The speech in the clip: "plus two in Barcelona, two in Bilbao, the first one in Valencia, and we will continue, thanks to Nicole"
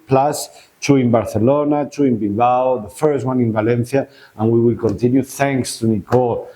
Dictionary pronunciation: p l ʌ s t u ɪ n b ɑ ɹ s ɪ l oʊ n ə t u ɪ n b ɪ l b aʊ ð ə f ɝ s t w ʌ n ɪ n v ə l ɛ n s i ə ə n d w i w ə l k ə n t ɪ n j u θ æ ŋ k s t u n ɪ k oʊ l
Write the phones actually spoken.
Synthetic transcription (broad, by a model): p l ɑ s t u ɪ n b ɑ ɹ θ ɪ l oʊ n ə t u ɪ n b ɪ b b aʊ ð ə f ɝ s t w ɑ n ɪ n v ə l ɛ n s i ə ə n w i w ə l k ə n t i n j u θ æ ŋ k s t u n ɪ k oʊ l